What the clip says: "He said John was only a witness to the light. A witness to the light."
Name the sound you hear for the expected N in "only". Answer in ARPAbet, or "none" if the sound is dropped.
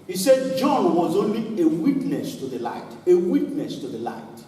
N